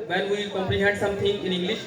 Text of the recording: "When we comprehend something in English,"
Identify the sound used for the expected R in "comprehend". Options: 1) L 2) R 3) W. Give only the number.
1